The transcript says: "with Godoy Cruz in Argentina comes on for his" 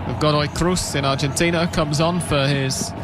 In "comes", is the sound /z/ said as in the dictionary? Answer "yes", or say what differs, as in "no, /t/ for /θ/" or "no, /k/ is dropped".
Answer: yes